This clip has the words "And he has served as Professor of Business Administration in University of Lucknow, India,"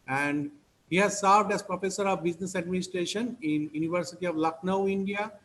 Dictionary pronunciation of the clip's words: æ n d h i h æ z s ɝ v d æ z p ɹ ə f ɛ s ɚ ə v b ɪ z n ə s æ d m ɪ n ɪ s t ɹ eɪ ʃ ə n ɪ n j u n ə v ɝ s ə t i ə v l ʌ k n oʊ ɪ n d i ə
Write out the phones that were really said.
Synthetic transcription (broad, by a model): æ n d h i h æ z s ɝ v d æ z p ɹ ə f ɛ s ɚ ə v b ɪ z n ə s æ d m ɪ n ɪ s t ɹ eɪ ʃ ə n ɪ n j u n ə v ɝ s ə t i ə v l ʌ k n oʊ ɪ n d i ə